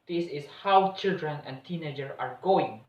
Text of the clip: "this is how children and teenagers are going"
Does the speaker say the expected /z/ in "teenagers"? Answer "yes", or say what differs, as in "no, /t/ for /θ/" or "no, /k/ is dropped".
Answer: no, /z/ is dropped